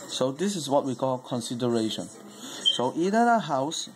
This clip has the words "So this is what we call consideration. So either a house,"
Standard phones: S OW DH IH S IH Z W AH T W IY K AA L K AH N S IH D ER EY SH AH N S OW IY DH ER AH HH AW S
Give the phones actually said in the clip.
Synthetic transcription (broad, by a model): S OW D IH S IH S W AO T W IY K AA L K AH N S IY D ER EY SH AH N S OW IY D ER AH HH AW S